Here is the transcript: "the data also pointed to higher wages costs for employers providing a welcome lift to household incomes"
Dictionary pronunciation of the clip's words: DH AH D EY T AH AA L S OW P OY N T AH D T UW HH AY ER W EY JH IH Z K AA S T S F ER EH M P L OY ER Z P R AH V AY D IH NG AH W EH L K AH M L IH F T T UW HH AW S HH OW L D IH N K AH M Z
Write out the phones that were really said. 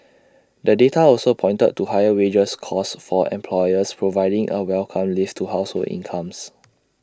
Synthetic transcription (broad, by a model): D AH D EY T AH AA L S OW P OY N T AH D T UW HH AY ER W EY JH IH S K AA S S F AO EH M P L OY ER S P R AH V AY D IH NG AH W EH L K AH M L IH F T T UW HH AW S HH OW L IH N K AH M S